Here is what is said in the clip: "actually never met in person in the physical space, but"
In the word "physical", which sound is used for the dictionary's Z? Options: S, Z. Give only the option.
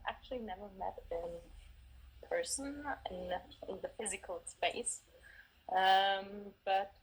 Z